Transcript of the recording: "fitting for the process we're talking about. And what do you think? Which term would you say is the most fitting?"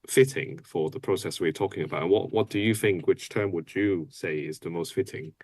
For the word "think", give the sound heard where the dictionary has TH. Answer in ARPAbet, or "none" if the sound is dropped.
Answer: TH